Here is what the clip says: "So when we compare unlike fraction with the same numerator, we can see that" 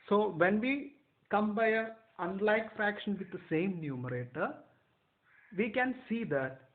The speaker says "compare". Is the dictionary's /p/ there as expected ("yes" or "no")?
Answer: no